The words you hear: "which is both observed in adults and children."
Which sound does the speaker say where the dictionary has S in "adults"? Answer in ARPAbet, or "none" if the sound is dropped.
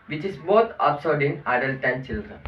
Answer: none